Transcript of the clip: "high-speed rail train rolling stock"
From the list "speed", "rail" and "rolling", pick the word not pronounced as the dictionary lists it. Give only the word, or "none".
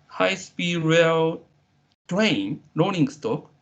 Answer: rolling